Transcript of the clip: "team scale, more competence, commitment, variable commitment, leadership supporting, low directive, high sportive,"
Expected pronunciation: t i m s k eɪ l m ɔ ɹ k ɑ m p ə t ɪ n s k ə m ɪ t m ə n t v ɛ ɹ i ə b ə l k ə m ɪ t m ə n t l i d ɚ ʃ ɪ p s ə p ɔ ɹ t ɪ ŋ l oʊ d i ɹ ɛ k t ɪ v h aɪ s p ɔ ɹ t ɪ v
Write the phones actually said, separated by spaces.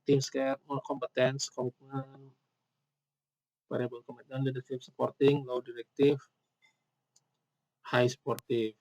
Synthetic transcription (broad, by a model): t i m s k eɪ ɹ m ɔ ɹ k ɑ m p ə t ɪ n s k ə m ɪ t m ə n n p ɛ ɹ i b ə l k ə m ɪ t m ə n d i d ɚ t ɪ f s ə p ɔ ɹ t ɪ ŋ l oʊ d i ɹ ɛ k t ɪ f h aɪ s p ɔ ɹ t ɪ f